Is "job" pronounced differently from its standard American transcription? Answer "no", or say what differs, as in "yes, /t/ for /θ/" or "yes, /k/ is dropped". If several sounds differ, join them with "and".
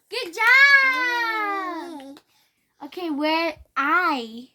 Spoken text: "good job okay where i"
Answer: yes, /b/ is dropped